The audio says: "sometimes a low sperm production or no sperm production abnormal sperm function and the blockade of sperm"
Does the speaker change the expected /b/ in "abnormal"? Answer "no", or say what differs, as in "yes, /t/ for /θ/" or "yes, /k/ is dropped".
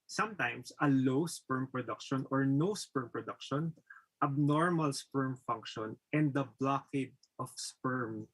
no